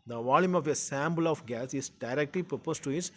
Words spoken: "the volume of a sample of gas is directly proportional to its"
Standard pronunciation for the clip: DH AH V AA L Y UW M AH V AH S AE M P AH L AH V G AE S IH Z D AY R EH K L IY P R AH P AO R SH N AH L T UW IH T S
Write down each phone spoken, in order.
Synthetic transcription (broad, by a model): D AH V AA L Y UW M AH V AH S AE M B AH L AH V G AE S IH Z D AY R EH K L IY P R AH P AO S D T UW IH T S